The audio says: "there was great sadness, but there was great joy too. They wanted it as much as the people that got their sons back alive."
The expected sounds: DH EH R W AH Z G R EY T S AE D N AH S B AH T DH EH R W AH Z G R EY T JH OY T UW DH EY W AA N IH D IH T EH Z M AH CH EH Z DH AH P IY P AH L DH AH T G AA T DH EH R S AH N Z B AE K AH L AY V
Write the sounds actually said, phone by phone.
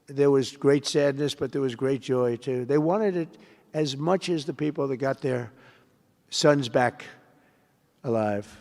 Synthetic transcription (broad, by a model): DH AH R W AH Z G R EY T S AE D N AH S B AH T DH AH R W AH Z G R EY T JH OY T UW DH EY W AA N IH D IH T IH Z M AH CH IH Z DH AH P IY P L DH AH T G AA T DH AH R S AH N Z B AE K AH L AY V